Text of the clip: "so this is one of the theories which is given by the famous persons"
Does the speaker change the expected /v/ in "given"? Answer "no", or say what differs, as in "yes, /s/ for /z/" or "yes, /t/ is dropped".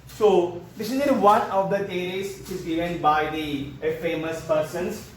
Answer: yes, /v/ is dropped